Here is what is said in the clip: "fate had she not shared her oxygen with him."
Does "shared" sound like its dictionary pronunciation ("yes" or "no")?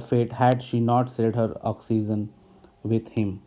no